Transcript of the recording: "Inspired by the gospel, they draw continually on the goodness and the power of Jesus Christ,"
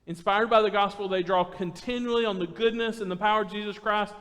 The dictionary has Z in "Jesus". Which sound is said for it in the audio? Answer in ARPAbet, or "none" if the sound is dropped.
Z